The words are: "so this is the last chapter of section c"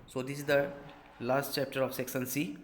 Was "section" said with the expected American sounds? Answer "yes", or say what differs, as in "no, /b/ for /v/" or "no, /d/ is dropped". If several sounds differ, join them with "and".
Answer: no, /s/ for /ʃ/